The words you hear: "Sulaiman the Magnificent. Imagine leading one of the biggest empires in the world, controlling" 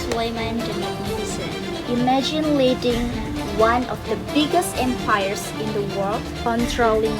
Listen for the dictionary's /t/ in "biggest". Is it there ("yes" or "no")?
yes